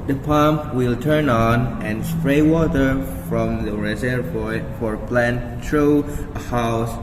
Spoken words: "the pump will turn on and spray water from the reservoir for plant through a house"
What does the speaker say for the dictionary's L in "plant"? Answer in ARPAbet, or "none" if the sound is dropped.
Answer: L